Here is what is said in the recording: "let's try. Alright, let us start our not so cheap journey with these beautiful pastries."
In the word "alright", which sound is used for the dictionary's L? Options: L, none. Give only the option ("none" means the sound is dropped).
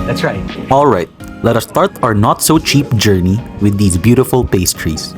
L